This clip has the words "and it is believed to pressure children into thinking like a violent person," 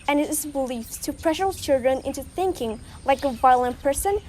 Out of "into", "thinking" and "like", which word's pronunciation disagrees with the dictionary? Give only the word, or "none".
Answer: none